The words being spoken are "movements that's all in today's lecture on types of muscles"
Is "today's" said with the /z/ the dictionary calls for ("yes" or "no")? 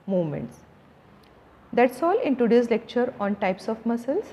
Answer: no